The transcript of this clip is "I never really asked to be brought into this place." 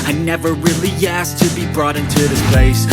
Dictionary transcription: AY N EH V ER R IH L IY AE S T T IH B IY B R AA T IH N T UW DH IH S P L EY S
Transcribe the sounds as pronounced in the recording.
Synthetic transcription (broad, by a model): AY N EH V ER R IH L IY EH S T T IH B IY B R AA T IH N T UW DH IH S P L EY S